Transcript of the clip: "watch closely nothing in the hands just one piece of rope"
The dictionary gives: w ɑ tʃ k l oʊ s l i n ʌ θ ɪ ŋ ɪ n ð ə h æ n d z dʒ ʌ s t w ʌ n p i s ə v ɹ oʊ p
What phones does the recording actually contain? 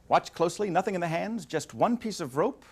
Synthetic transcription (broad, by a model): w ɑ tʃ k l oʊ s l i n ʌ θ ɪ ŋ ɪ n ð ə h æ n d z dʒ ʌ s t w ʌ n p i s ə v ɹ oʊ p